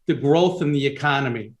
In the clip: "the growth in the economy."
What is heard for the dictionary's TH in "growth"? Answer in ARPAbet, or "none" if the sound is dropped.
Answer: TH